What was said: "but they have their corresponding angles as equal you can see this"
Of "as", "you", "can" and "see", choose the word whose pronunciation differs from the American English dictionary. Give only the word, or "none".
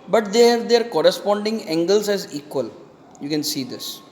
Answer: none